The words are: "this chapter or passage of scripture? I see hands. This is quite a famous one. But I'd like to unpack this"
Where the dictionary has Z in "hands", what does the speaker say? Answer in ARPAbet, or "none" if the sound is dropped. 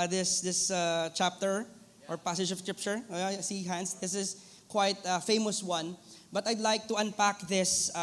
S